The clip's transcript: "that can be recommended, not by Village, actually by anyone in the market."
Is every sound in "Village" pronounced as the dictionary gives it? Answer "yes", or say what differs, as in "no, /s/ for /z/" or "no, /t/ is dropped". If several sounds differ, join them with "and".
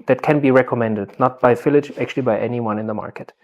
no, /f/ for /v/